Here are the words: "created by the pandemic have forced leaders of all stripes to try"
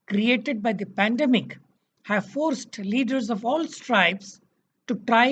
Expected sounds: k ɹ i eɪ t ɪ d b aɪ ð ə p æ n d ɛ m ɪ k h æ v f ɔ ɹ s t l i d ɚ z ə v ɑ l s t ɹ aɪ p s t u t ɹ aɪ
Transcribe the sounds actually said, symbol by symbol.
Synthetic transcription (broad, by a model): k ɹ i eɪ t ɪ d b aɪ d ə p æ n d ɛ m ɪ k h æ v f ɔ ɹ s t l i d ɚ z ə v ɑ l s t ɹ aɪ b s t u t ɹ aɪ